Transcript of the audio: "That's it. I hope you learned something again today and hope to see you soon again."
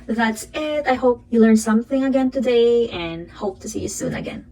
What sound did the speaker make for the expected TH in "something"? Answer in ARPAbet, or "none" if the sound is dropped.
TH